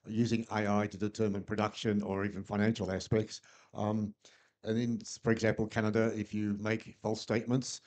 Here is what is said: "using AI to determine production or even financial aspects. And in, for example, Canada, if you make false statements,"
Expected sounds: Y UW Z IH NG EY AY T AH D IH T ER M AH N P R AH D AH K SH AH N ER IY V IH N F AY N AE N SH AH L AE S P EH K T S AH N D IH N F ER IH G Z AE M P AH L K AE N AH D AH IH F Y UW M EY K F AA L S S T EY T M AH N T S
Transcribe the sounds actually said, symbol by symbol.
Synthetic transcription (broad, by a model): Y UW Z IH NG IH AY T AH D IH T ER M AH N P R AH D AH K SH AH N ER IY V IH N F AY N AE N SH AH L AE S P EH K T S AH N IH N F ER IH G Z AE M P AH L K AE N AH D AH IH F Y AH M EY K F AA L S S T EY T M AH N T S